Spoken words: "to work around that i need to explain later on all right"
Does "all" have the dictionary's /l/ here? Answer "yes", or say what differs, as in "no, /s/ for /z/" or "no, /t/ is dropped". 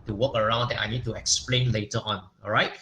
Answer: no, /n/ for /l/